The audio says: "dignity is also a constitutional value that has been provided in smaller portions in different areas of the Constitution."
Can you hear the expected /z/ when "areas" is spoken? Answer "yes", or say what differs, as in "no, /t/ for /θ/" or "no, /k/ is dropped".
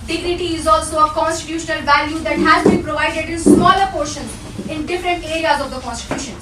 yes